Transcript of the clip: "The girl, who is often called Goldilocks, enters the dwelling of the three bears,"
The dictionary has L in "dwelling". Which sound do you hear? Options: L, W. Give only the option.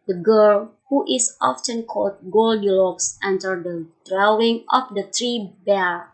W